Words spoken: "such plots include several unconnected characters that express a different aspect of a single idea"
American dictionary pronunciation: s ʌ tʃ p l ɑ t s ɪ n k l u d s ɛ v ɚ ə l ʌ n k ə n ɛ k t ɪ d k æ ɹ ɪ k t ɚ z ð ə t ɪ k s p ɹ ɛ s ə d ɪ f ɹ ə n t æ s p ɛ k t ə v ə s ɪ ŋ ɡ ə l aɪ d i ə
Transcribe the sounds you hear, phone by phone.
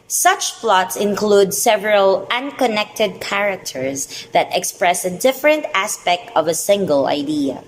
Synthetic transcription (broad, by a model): s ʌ tʃ f l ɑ t s ɪ n k l u d s ɛ v ɚ ə l ʌ n k ə n ɛ k t ɪ d k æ ɹ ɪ k t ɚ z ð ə t ɪ k s p ɹ ɛ s ə d ɪ f ɹ ə n t æ s p ɛ k t ə v ə s ɪ ŋ ɡ ə l aɪ d i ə